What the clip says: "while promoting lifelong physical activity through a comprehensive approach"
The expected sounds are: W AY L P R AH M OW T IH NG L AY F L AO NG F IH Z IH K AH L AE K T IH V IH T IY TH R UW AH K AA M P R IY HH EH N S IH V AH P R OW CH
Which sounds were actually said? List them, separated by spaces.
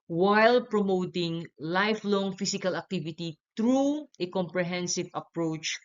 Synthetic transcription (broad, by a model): W AY L P R AH M OW T IH NG L AY F L AO NG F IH S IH K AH L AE K T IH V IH T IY T R UW AH K AA M P R IY HH EH N S IH V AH P R OW CH